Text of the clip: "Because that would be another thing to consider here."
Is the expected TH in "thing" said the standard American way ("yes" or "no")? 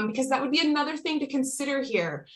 yes